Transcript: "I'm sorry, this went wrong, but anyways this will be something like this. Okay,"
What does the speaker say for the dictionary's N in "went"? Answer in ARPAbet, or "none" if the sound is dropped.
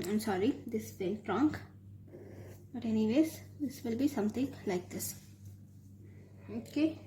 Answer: L